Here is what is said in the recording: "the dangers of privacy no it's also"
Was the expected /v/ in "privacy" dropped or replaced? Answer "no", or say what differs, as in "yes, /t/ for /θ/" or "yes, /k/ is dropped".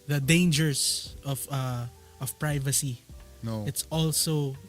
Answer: no